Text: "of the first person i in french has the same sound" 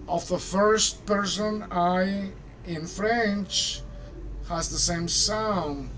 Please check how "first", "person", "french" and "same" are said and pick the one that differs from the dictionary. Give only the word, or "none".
none